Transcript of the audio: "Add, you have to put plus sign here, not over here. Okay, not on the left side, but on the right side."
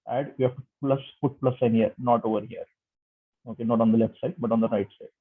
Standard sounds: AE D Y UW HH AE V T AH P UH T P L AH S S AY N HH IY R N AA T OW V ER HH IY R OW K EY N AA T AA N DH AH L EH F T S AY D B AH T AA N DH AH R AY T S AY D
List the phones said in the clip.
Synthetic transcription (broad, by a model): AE D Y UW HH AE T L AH F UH T P L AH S S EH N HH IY R N AA T OW V ER HH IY R OW K EY N AA T AA N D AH L EH F T S AY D B AH T AA N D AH R AY T S AY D